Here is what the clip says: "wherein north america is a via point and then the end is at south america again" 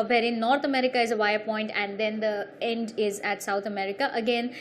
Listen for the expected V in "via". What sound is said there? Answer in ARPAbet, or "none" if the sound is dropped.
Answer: V